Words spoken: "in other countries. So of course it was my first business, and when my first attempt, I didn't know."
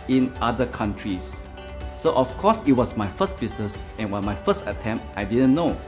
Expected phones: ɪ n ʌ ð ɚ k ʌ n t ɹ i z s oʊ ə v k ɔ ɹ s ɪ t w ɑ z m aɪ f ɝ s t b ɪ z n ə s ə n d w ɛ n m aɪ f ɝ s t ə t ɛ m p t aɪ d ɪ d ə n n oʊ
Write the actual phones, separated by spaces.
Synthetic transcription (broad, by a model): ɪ n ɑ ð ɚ k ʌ n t ɹ i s oʊ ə f k ɔ s ɪ t w ɑ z m aɪ f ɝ s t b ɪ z n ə s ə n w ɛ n m aɪ f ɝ s t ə t ɛ m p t aɪ d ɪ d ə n n oʊ